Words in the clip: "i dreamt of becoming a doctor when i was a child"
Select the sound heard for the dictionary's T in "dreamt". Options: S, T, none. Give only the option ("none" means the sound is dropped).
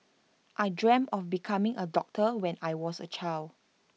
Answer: none